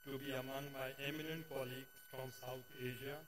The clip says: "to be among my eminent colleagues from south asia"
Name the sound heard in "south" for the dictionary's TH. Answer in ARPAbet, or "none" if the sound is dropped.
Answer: T